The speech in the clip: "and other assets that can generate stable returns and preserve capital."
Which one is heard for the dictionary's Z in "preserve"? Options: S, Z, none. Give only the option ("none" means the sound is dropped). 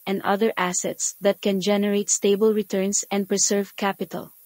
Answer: S